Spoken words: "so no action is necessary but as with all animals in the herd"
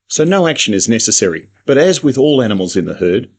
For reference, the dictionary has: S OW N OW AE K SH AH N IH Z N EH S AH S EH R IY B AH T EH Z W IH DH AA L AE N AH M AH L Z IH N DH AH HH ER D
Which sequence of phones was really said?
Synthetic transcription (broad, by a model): S OW N OW AE K SH AH N IH Z N EH S AH S EH R IY B AH T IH Z W IH DH AA L AE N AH M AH L Z IH N DH AH HH ER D